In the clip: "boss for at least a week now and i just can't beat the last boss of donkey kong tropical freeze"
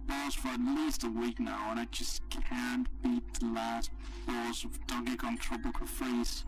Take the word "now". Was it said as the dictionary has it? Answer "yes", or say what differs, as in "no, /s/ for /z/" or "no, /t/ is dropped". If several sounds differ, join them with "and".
yes